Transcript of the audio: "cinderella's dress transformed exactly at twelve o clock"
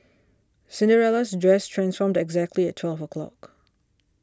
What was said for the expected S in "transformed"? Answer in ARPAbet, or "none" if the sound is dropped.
S